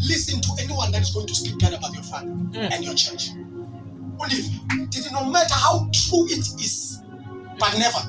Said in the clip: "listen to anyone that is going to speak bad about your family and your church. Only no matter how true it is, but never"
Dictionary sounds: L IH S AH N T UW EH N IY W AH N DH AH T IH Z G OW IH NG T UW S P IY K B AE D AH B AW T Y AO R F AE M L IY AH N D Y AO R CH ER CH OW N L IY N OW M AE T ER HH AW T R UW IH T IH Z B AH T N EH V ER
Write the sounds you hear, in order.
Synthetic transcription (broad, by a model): L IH S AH N T UW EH N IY W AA N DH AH T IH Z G OW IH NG T UW S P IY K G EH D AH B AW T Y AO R F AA L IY AH N D Y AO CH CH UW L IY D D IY N OW M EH T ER HH AW T R UW IH T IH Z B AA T N EH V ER